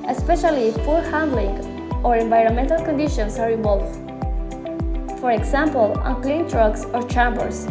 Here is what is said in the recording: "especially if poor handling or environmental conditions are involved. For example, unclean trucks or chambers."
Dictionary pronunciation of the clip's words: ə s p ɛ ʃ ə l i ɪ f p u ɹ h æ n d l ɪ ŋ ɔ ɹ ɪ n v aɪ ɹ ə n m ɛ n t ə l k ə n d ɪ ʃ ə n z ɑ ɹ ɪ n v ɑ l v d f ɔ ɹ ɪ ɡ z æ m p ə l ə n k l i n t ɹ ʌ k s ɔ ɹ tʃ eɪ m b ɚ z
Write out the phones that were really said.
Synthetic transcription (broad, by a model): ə s p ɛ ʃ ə l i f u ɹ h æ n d l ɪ ŋ ɔ ɹ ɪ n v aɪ ɹ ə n m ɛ n t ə l k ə n d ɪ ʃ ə n s ɑ ɹ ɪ v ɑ l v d f ɔ ɹ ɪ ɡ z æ m p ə l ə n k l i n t ɹ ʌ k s ɔ ɹ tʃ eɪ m b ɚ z